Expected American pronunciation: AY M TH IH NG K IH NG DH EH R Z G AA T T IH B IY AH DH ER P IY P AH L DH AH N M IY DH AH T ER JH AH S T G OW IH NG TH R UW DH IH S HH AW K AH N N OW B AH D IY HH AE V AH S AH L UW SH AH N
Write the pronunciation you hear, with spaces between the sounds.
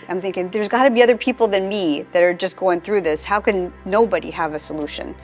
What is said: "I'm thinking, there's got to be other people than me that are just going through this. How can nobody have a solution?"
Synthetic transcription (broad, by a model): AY M TH IH NG K IH NG DH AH R Z G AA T T IH B IY AH DH ER P IY P L DH AH N M IY DH AH T ER JH AH S G OW IH NG TH R UW DH IH S HH AW K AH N N OW B AH D IY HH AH V AH S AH L UW SH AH N